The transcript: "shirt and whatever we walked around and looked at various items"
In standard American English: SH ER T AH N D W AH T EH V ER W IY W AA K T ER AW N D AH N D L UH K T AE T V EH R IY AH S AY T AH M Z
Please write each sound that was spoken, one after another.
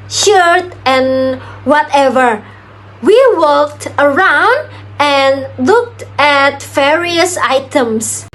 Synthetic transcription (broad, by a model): SH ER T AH N W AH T EH V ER W IY W AA K T ER AW N D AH N L UH K T AE T V EH R IY AH S AY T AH M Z